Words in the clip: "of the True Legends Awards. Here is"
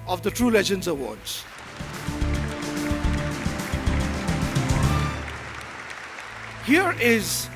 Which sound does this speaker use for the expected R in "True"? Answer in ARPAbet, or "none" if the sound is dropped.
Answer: R